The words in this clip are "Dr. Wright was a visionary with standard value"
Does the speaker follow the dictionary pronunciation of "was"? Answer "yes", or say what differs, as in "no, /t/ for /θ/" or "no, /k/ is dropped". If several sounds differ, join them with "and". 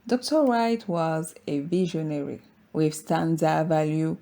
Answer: yes